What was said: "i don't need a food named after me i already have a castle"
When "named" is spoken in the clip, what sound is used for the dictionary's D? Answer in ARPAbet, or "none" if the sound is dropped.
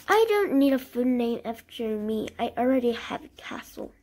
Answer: none